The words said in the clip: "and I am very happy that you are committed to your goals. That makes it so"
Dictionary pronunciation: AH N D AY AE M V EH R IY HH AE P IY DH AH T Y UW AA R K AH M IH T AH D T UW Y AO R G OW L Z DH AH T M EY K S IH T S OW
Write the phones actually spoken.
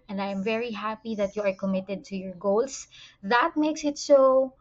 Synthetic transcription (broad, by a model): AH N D AY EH M V EH R IY HH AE P IY DH AH T Y UW AA R K AH M IH T AH D T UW Y AO R G OW L S DH AH T M EY K S IH T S OW